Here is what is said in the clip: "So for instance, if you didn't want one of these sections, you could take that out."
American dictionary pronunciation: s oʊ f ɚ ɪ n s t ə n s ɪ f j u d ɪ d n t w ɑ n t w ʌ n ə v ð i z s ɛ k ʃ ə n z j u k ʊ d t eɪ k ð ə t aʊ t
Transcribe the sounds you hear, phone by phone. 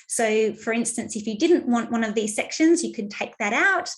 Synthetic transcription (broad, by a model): s oʊ f ɚ ɪ n s t ə n s ɪ f j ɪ d ɪ d n t w ɑ n t w ʌ n ə v ð i z s ɛ k ʃ ə n z j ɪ k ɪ d t eɪ k ð ə t aʊ t